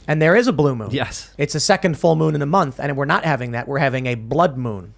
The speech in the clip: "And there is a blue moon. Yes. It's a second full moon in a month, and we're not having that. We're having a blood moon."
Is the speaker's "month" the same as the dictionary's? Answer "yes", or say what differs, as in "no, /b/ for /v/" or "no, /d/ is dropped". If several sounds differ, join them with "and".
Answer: yes